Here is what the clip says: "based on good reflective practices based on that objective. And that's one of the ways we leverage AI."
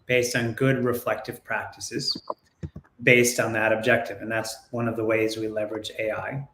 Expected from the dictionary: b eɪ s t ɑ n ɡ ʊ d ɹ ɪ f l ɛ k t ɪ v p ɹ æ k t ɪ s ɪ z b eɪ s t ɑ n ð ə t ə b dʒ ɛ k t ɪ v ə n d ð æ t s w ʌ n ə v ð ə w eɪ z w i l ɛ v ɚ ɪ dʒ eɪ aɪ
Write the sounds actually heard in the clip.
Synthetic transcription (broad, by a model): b eɪ s t n ɡ ʊ d ɹ ɪ f l ɛ k t ɪ v p ɹ æ k t ɪ s ɪ z b eɪ s t n ð ə t ə b dʒ ɛ k t ɪ v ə n ð æ t s w ʌ n ə v ð ə w eɪ z w i l ɛ v ɚ ɪ dʒ eɪ aɪ